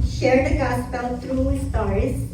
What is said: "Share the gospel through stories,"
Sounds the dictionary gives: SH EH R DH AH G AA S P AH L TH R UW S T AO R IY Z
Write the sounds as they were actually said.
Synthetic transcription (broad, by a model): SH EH R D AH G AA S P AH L T R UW S T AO R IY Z